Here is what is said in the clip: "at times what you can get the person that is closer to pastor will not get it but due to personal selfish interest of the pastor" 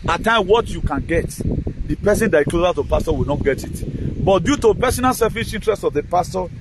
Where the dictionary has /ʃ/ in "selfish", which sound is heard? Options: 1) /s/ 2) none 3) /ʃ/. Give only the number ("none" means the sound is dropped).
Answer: 1